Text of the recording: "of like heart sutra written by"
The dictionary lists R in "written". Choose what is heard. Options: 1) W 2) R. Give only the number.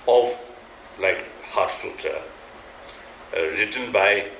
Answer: 2